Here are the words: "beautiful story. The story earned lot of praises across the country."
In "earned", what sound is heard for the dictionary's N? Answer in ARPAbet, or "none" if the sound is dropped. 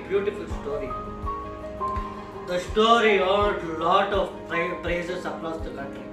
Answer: L